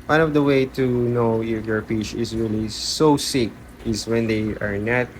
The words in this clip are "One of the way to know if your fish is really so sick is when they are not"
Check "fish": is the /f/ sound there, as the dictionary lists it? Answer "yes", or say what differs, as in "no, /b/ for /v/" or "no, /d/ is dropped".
no, /p/ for /f/